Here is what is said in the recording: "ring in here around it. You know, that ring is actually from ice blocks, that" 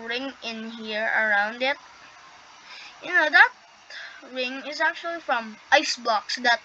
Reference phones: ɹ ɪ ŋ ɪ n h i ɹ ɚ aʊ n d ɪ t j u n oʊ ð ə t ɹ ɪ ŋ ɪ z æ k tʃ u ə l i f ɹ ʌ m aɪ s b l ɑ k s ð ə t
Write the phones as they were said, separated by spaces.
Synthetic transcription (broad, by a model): ɹ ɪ ŋ ɪ n h i ɹ ɚ aʊ n d ɪ t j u n oʊ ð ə t ɹ ɪ ŋ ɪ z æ k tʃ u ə l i f ɹ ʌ m aɪ s b ɑ k s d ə t